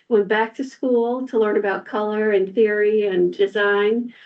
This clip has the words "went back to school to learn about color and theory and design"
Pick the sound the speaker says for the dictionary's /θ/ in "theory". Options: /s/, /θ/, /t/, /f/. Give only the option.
/θ/